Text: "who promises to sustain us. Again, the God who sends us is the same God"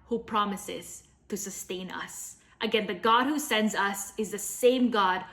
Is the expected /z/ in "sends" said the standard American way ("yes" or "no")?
yes